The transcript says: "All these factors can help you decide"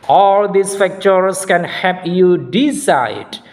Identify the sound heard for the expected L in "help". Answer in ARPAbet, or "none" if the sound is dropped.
none